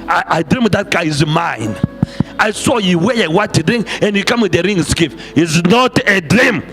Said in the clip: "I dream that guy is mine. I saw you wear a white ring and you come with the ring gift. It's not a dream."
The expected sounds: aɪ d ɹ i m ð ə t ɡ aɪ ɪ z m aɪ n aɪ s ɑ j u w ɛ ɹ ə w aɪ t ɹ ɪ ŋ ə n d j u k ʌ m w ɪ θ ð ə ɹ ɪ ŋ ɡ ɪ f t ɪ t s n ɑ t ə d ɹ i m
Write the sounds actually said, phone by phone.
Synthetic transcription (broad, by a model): aɪ d ɹ i m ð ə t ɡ aɪ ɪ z m aɪ n aɪ s ɑ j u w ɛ ə w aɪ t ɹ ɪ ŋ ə n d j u k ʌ m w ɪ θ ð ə ɹ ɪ ŋ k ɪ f ɪ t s n ɑ t ə d ɹ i m